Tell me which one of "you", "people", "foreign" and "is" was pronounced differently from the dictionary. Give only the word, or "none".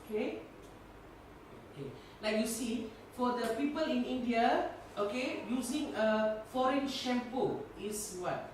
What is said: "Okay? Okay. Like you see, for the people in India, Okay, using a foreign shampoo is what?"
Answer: is